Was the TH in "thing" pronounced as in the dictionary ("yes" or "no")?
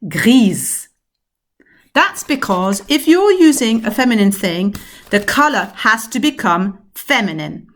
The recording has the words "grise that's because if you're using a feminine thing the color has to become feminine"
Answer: yes